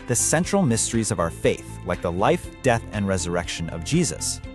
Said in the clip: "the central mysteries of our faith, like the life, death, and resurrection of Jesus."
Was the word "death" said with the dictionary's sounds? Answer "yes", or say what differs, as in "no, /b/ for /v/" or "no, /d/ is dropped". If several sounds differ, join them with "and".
yes